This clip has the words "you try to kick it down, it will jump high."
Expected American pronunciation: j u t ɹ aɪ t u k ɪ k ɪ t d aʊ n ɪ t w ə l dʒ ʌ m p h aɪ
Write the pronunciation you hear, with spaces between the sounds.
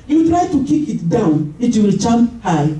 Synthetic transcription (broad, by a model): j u t ɹ aɪ t u k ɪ k ɪ t d aʊ n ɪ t w ə l tʃ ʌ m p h aɪ